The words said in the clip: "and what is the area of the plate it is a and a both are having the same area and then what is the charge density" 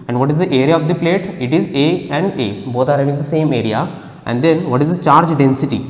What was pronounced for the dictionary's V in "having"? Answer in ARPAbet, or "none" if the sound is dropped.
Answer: none